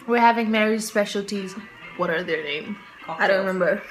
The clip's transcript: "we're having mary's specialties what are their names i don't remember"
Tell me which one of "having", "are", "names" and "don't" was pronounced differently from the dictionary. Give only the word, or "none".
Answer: names